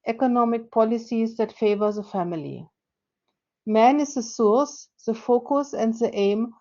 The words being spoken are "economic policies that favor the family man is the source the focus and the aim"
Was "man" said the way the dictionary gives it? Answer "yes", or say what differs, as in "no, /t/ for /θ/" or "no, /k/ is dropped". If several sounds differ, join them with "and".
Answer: yes